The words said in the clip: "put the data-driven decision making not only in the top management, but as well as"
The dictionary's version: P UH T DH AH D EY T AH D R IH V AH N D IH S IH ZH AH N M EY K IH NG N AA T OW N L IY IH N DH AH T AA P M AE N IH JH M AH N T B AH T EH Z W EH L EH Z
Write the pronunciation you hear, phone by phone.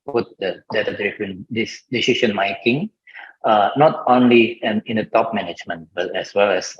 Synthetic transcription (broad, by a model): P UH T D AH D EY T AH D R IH F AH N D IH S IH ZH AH N M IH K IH NG N AA T OW N L IY IH N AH T AA P M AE N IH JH M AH N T B AH T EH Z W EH L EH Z